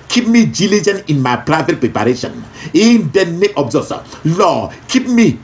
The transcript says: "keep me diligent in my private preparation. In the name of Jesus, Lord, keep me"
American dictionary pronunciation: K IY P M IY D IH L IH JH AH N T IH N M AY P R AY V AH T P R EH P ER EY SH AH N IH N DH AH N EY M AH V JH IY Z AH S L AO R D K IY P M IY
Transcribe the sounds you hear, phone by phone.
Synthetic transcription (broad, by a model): K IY P M IY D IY L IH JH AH N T IH N M AY P R AY V AH T P R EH P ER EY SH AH N IH N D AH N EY AH B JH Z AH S L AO K IY P M IY